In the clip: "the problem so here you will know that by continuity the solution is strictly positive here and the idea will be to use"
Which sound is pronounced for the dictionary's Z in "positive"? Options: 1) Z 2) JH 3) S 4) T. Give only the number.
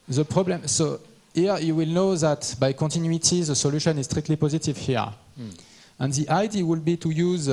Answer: 1